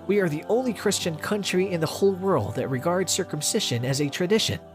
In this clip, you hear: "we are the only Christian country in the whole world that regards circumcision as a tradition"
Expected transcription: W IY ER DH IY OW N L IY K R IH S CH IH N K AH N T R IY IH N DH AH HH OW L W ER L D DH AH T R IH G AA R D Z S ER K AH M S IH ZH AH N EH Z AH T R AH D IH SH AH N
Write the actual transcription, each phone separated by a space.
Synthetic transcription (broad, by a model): W IY ER DH IY OW N L IY K R IH S CH IH N K AH N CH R IY IH N DH AH HH OW L W ER L D DH AH T R IH G AA R D Z S ER K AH M S IH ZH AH N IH Z AH T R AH D IH SH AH N